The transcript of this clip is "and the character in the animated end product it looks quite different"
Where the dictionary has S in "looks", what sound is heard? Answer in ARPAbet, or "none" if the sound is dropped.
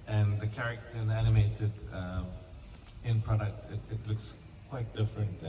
S